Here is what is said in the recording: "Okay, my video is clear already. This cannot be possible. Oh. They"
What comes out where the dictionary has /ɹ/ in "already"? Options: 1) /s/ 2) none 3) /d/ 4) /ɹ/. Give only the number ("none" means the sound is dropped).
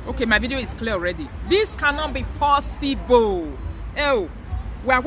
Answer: 4